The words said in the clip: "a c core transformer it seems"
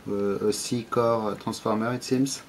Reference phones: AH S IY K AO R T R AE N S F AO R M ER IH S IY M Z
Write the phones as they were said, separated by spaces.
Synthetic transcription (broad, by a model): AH S IY K AO R T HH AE S F AO R M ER IH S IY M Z